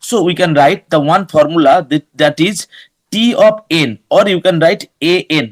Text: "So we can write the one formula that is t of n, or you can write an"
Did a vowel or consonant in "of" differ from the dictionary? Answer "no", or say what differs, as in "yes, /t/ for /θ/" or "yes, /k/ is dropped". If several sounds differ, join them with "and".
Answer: yes, /p/ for /v/